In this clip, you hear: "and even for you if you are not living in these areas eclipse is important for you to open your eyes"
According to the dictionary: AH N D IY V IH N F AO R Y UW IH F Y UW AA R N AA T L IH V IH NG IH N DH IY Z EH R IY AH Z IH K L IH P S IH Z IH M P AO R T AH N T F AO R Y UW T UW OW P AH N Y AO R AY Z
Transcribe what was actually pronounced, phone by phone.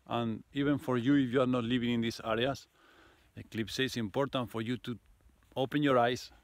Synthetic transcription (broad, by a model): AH N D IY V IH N F AO R Y UW IH F Y UW AA R N AA T L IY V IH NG IH N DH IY S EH R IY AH S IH K L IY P S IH S IH M P AO R T AH N T F AO R Y UW T UW OW P AH N Y AO R AY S